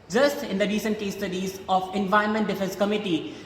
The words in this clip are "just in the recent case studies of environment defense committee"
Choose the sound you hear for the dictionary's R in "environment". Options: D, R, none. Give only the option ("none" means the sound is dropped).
none